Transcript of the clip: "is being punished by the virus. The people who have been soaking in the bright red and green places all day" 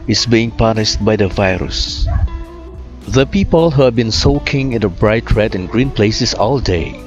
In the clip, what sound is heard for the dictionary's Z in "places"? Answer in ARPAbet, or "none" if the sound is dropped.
S